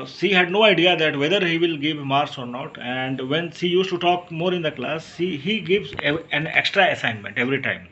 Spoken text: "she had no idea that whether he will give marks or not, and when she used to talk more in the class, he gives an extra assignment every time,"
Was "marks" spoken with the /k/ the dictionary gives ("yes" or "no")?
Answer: no